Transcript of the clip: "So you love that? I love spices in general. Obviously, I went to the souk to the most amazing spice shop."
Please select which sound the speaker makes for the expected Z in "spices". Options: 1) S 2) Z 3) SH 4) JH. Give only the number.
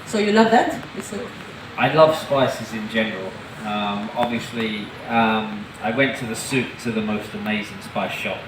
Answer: 2